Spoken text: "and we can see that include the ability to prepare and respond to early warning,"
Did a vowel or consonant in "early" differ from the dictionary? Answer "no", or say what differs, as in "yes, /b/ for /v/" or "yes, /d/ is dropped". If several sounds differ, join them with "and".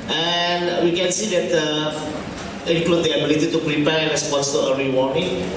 yes, /l/ is dropped